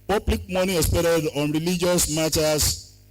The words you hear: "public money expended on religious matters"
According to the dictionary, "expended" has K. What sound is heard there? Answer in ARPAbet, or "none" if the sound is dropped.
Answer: none